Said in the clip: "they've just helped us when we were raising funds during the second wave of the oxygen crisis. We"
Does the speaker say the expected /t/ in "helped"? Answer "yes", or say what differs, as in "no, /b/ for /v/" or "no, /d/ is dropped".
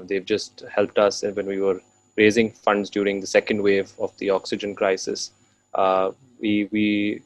yes